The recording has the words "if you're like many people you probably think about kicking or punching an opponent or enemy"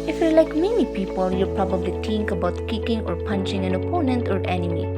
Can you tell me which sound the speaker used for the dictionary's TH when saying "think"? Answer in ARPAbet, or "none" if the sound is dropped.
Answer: T